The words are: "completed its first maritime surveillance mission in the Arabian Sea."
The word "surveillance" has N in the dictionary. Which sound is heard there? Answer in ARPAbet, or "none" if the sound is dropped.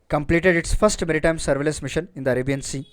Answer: none